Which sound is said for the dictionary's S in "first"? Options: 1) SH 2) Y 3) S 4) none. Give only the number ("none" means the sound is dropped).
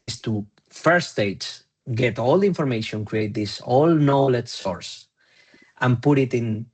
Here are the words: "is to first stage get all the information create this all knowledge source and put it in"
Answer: 4